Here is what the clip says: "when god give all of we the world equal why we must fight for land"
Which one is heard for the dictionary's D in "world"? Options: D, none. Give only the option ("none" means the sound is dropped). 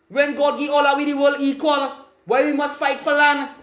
none